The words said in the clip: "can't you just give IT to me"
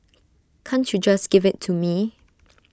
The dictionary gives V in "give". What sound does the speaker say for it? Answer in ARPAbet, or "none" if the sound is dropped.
V